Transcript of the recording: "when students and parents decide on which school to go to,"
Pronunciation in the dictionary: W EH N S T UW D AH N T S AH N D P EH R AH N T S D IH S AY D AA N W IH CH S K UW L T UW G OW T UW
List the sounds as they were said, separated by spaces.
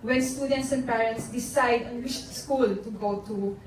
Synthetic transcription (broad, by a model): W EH N S T UW D AH N T S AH N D P EH R AH N T S D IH S AY D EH N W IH SH S K UW L T UW G OW T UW